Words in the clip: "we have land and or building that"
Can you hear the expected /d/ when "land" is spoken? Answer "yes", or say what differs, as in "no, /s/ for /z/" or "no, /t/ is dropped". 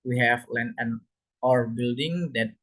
no, /d/ is dropped